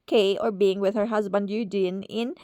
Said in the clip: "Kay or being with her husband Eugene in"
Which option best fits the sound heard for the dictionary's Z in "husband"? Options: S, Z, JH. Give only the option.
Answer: Z